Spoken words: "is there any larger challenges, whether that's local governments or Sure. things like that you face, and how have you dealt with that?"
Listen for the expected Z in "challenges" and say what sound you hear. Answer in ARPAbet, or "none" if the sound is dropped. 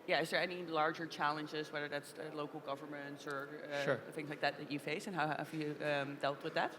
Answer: Z